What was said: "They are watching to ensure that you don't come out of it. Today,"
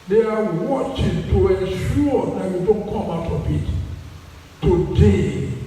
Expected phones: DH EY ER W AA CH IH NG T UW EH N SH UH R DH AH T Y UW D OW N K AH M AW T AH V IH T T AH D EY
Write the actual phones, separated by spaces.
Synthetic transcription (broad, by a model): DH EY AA W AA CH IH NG T UW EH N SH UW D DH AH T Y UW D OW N K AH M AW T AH B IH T T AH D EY